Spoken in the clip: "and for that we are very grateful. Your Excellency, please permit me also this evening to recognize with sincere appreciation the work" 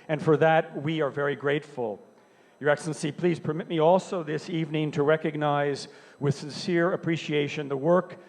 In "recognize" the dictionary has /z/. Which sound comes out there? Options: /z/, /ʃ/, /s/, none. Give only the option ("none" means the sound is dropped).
/z/